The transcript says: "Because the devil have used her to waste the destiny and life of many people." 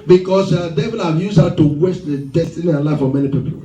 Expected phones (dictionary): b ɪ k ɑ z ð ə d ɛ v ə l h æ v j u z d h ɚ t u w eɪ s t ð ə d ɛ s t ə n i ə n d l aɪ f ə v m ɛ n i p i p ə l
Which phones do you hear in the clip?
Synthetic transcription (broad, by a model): b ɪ k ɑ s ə d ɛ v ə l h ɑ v j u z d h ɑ t u w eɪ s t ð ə d ɛ s t ə n i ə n l aɪ f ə m ɛ n i p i p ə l